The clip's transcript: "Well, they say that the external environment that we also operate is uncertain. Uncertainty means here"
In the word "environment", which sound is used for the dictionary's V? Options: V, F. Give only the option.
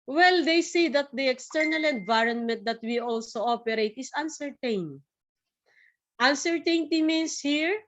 V